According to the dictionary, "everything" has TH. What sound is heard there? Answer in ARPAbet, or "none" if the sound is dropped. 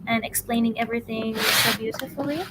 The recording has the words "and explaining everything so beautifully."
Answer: TH